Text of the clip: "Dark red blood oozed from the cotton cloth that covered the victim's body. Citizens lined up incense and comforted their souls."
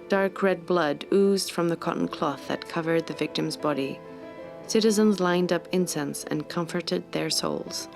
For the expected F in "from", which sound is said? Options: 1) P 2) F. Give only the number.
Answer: 2